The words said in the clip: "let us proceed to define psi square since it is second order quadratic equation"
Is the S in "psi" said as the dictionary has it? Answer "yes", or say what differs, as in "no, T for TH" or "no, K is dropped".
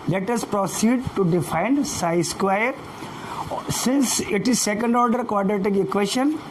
yes